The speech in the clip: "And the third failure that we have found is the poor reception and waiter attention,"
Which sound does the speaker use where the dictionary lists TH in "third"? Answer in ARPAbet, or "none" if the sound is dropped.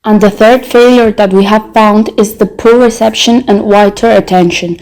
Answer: TH